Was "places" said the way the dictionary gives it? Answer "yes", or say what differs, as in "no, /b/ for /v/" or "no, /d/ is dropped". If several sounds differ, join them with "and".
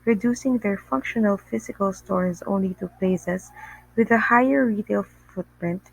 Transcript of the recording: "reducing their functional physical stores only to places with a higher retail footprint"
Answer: no, /s/ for /z/